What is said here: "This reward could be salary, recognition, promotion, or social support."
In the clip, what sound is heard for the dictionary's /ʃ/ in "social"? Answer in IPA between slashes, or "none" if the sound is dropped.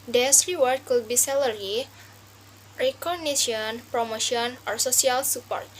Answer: /s/